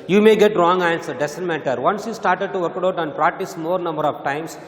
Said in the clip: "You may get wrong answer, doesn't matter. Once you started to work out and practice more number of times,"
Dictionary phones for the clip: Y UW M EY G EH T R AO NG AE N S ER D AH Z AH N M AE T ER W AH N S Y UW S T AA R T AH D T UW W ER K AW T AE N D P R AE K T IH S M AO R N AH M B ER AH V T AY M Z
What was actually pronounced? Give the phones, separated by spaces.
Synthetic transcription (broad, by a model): Y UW M EY G EH T R AO NG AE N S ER D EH S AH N M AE T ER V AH N S Y UW S T AA R T AH D T UW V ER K AW T AE N D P R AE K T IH S M AO R N AH M B ER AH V T AY M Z